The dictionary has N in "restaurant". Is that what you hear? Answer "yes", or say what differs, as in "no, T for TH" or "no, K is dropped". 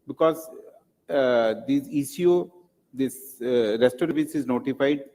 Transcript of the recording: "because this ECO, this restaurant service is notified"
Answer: no, N is dropped